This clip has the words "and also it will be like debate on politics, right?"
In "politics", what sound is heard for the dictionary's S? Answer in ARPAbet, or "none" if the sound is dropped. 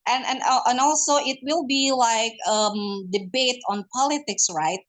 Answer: S